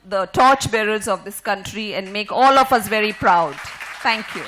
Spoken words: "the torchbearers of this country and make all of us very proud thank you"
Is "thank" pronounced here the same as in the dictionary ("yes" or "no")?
no